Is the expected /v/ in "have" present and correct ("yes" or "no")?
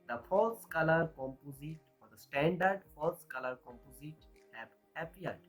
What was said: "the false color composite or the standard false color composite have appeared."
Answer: no